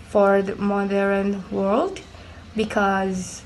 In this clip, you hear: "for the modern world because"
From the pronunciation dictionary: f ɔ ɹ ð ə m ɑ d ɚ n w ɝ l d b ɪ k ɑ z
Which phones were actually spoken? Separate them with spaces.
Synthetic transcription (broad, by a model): f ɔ ɹ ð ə m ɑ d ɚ n w ɝ l d b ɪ k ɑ z